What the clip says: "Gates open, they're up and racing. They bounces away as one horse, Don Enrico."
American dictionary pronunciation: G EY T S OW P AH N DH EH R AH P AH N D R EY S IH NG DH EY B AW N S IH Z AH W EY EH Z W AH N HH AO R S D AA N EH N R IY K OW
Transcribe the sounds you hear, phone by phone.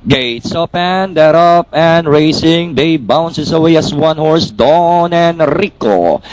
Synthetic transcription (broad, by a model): G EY T S OW P AH N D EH R AH P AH N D R EY S IH NG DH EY B AW N S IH S AH W EY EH S W AH N HH AO R S D AA N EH N R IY K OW